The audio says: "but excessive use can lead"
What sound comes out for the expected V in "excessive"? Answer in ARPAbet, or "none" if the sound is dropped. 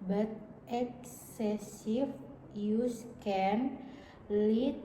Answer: F